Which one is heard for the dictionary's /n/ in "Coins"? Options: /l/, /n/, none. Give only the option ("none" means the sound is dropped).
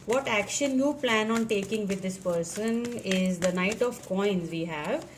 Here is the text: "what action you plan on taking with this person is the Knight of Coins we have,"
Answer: /n/